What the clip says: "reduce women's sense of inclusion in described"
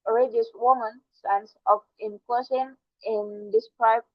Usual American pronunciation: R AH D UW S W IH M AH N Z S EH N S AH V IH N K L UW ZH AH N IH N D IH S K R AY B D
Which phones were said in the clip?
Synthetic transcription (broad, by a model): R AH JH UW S W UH M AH N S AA N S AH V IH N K AO S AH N IH N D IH S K R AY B